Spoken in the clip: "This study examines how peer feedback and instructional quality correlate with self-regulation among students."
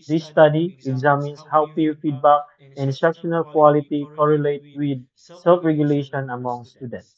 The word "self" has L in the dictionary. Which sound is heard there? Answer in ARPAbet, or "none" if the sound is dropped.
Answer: L